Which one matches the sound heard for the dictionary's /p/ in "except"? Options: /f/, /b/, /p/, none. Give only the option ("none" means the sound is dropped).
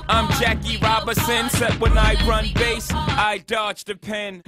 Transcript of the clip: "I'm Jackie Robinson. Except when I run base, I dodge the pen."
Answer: none